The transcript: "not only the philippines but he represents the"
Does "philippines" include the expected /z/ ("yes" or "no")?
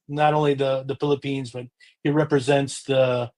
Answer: yes